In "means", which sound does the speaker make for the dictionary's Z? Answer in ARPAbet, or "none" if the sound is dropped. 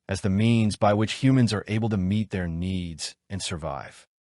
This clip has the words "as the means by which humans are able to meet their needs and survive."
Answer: Z